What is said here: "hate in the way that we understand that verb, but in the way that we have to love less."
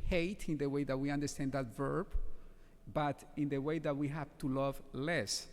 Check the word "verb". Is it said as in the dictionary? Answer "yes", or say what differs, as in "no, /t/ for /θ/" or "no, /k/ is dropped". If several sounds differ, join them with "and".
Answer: yes